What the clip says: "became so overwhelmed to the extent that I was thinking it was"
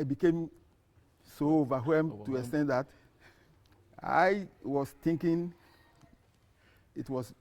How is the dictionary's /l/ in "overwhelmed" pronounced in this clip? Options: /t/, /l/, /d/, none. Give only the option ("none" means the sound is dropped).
none